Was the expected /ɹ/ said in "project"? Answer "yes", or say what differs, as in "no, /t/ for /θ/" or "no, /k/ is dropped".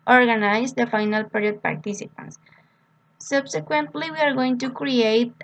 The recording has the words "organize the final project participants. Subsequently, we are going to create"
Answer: no, /ɹ/ is dropped